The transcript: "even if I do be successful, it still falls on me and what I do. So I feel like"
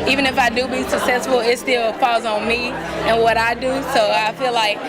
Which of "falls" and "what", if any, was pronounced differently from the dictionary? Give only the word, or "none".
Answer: falls